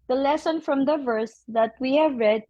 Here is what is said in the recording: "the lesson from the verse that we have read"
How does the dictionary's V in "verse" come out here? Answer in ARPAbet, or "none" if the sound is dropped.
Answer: V